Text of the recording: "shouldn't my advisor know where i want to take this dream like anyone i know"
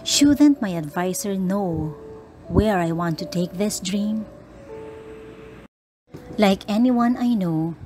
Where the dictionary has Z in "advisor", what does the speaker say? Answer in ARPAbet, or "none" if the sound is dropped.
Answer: S